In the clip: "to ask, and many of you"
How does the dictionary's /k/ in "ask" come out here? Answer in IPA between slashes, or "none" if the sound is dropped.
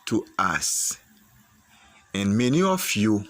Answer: none